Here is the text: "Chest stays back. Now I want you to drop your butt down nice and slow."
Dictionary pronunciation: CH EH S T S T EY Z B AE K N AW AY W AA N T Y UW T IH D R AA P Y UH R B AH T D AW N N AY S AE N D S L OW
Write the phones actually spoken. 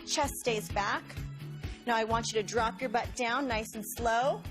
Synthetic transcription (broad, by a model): CH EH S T S T EY Z B AE K N AW AY W AA N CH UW T IH D R AA P Y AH R B AH T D AW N N AY S N S L OW